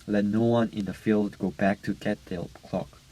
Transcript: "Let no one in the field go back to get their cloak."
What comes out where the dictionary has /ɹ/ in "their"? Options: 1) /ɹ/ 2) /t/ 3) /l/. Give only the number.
3